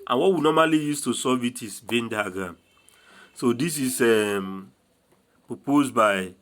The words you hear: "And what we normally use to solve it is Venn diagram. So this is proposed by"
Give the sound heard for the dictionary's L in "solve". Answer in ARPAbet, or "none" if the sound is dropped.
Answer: none